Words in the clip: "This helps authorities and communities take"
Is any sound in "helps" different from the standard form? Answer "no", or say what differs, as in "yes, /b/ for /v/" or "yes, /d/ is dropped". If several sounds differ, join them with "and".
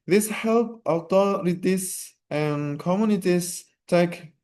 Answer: yes, /s/ is dropped